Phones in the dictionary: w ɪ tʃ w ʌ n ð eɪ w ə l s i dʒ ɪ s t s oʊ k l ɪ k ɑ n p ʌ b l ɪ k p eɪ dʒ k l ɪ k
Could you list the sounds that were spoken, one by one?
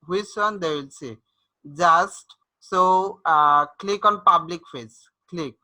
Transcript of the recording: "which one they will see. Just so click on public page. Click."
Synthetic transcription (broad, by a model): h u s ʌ n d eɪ w ə l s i dʒ ɪ s t s oʊ k l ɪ k ɑ n p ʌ b l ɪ k f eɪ z k l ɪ k